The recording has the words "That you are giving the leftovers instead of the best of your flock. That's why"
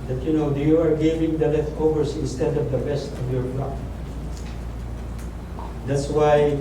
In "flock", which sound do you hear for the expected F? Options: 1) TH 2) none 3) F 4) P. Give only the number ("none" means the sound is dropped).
4